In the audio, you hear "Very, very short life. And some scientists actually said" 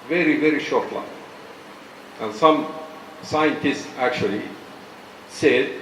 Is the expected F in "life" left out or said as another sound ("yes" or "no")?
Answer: yes